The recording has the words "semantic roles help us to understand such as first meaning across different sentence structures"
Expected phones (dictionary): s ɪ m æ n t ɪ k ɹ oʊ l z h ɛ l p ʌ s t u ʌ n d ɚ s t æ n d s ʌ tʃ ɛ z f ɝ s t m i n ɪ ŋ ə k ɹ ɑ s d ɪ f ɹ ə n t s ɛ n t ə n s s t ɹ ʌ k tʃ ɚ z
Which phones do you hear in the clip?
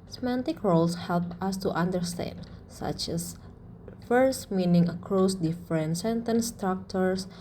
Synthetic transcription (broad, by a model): s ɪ m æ n t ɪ k ɹ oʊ l s h ɛ l p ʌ s t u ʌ n d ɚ s t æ n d s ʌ tʃ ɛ s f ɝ s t m i n ɪ ŋ ə k ɹ ɑ s d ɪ f ɹ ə n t s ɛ n t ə n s s t ɹ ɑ k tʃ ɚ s